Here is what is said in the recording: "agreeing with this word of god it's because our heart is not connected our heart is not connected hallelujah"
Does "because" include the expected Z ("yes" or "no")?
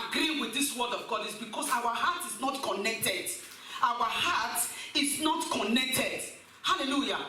no